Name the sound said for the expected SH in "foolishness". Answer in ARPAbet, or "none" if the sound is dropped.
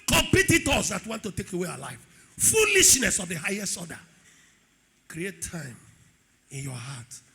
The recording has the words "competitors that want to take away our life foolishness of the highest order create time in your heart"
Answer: SH